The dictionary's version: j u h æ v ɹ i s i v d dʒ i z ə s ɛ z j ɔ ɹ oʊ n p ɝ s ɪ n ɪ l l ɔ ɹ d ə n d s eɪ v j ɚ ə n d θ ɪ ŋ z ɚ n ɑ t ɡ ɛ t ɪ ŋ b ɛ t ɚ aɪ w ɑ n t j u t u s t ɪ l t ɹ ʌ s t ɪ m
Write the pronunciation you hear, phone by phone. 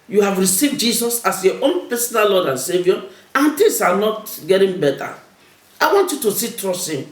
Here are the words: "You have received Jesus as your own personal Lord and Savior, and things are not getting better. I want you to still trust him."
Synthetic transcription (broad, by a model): j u h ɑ v ɹ i s i v d dʒ i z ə s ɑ s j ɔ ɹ oʊ n p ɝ s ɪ n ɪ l l ɔ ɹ d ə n s eɪ v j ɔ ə n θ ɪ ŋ s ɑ n ɑ t ɡ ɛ t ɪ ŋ b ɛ t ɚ aɪ w ɑ n t j u t u s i t ɹ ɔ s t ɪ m